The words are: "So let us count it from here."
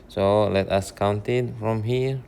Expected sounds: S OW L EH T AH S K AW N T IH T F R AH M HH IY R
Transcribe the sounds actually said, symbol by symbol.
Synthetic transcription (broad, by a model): S OW L EH T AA S K AW N T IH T F R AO M HH IY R